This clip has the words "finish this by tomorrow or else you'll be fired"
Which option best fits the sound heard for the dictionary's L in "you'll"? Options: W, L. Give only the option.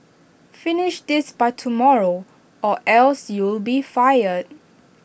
L